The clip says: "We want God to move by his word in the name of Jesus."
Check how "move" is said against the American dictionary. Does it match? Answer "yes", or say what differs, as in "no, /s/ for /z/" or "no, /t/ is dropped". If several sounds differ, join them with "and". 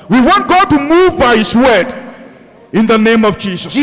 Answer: yes